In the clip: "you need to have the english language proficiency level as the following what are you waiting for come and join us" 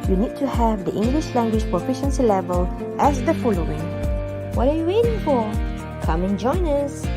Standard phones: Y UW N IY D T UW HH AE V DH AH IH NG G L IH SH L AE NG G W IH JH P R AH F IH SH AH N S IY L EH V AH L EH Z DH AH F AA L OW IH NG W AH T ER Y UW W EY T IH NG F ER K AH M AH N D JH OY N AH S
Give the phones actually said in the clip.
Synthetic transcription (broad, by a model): Y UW N IY D T UW HH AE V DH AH IH NG G L IH SH L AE NG G W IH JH P R AH F IH SH AH N S IY L EH V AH L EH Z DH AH F AA L OW IH NG W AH T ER Y UW W EY T IH NG F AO K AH M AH N JH OY N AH S